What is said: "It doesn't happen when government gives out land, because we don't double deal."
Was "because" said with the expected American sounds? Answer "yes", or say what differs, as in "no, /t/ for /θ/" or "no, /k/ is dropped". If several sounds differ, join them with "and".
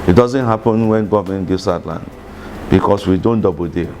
no, /s/ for /z/